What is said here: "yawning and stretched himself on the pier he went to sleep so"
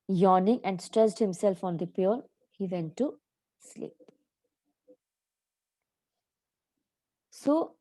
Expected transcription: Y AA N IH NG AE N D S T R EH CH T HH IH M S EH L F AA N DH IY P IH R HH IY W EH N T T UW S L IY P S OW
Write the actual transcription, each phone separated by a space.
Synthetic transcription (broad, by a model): Y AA N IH NG AE N D S T R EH S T HH IH M S EH L F AA N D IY P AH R HH IY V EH N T T UW S L IY P S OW